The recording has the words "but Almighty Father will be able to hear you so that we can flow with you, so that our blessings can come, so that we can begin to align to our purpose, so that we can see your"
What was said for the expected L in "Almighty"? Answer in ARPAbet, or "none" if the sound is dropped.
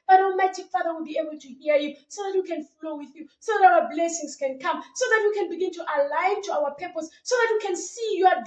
none